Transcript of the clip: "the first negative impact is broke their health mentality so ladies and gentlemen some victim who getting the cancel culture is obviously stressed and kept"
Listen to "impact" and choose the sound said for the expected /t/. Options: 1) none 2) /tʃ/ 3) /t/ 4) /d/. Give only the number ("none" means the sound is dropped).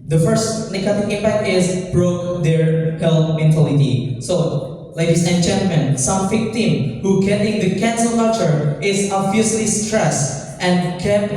3